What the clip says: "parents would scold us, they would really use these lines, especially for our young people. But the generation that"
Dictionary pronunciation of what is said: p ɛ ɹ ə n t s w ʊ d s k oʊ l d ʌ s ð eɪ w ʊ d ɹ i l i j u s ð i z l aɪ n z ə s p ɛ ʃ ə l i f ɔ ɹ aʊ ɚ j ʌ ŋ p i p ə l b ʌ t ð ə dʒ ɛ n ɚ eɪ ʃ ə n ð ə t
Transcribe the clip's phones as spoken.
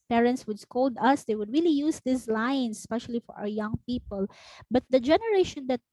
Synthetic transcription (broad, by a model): p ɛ ɹ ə n t s w ʊ d s k oʊ l d ʌ s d eɪ w ʊ d ɹ i l i j u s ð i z l aɪ n s ə s p ɛ ʃ ə l i f ɔ ɹ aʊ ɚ j ʌ ŋ p i p ə l b ʌ t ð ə dʒ ɛ n ɚ eɪ ʃ ə n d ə t